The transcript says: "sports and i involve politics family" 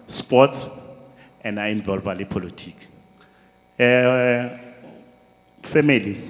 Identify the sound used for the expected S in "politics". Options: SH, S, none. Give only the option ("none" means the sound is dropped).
none